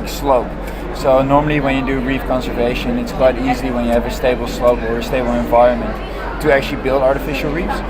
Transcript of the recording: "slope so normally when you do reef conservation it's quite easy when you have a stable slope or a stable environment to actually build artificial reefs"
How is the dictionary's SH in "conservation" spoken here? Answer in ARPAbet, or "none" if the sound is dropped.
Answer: SH